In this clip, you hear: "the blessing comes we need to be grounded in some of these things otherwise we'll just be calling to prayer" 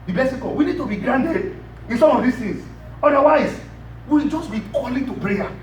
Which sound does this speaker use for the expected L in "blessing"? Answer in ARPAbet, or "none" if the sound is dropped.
none